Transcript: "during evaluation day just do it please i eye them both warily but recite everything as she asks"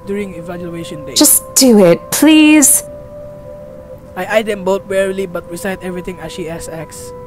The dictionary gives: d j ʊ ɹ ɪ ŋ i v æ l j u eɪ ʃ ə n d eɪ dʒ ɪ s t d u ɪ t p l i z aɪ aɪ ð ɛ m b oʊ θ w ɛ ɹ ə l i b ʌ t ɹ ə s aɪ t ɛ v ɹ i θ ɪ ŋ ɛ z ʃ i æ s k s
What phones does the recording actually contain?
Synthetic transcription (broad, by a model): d j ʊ ɹ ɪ ŋ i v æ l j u eɪ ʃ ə n d eɪ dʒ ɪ s d u ɪ t p l i z aɪ aɪ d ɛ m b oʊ t w ɛ ɹ ə l i b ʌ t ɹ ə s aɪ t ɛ v ɹ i t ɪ ŋ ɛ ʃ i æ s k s